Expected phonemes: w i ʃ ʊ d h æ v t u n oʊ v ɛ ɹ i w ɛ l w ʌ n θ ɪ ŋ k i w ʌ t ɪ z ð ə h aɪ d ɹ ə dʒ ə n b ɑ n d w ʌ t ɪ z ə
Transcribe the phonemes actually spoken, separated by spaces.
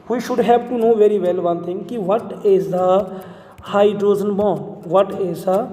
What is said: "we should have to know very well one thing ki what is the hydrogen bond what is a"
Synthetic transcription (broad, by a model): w i ʃ ʊ d h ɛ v t u n oʊ v ɛ ɹ i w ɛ l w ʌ n t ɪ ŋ k i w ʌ t ɪ z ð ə h aɪ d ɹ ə z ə n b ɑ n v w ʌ t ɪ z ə